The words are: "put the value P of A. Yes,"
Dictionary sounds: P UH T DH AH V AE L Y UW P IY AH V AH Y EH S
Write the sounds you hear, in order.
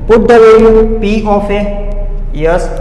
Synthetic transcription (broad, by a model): P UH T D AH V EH Y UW P IY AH F AH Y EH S